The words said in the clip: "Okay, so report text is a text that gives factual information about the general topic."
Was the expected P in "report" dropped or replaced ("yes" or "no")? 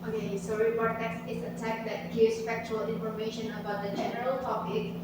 yes